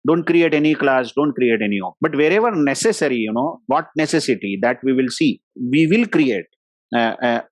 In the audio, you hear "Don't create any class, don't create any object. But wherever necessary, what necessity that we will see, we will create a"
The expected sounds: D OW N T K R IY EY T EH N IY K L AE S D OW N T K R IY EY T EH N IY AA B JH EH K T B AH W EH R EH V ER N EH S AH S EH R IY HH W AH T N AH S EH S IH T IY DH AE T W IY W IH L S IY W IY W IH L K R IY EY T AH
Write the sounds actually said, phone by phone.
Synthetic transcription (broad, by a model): D OW N T K R IY EY T EH N IY K L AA S D OW N T K R IY EY T EH N IY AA B EH T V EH R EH V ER N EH S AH S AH R IY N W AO T N AH S EH S IH T IY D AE T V IY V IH L S IY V IY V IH L K R IY EY T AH